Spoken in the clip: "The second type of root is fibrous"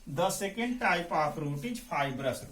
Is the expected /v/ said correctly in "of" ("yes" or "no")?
no